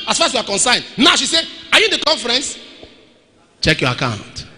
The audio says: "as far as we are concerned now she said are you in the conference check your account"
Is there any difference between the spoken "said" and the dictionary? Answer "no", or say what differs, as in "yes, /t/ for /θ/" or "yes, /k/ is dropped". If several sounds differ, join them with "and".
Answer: yes, /d/ is dropped